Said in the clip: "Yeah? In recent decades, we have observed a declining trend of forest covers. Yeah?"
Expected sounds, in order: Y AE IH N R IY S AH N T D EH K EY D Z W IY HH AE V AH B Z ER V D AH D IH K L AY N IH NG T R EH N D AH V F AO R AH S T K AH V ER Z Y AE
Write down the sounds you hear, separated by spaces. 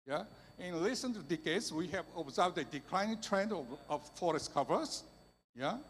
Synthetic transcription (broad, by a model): Y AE IH N L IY S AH N T D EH K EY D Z W IY HH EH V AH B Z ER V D AH D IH K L AY N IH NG T R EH N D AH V F AO R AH S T K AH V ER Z Y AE